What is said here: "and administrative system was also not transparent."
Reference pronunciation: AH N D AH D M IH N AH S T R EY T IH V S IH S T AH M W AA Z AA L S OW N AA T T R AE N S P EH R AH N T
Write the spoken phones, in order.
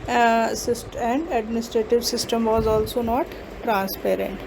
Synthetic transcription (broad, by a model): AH N D AH D M IH N AH S T R EY T IH V S IH S T AH M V AA Z AA L S OW N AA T T R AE N S P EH R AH N T